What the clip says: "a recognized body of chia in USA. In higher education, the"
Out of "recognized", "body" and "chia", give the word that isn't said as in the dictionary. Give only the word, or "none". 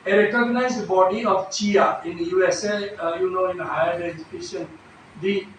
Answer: none